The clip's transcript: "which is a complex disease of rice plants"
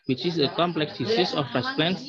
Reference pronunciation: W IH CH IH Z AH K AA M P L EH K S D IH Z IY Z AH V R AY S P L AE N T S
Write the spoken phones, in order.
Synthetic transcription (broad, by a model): W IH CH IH S AH K AA M P L EH K S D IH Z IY S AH F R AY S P L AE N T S